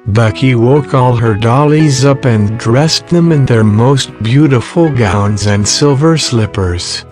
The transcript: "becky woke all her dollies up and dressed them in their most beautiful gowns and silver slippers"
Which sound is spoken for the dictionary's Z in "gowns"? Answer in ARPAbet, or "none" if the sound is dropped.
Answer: Z